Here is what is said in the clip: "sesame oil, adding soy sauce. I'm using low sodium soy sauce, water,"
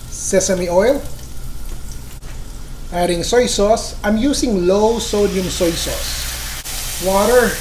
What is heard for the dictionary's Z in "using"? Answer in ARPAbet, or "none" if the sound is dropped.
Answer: S